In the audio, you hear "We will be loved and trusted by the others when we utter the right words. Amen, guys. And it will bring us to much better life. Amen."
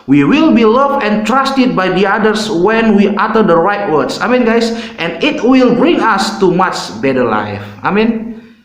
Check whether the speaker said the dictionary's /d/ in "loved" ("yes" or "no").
no